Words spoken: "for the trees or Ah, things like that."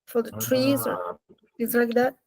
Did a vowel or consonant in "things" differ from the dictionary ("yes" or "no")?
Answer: yes